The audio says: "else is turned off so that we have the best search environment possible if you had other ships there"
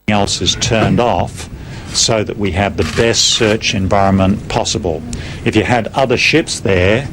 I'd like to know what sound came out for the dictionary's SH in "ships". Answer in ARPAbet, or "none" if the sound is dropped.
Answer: SH